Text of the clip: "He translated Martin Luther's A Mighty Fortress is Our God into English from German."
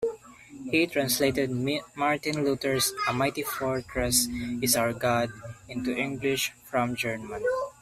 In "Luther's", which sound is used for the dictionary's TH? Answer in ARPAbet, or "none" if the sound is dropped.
T